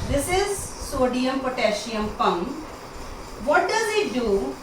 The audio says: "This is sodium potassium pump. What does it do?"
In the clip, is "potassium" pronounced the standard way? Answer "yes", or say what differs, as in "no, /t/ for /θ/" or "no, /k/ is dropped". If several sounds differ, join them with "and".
no, /ʃ/ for /s/